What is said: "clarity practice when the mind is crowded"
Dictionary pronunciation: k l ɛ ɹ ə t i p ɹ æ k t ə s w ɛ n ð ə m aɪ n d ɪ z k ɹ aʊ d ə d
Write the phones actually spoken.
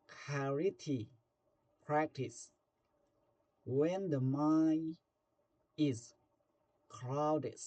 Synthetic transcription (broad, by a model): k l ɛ ɹ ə t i p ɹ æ k t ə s w ɛ n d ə m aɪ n ɪ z k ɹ aʊ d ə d